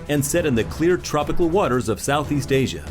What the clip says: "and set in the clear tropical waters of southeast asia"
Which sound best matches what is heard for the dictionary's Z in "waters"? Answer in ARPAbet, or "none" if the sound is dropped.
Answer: Z